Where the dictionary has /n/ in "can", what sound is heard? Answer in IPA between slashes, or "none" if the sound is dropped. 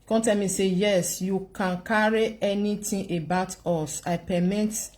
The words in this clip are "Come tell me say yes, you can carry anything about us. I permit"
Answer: /n/